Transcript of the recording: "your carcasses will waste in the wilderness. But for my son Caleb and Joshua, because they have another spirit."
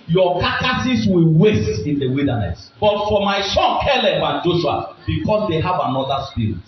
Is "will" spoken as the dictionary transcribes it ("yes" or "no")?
yes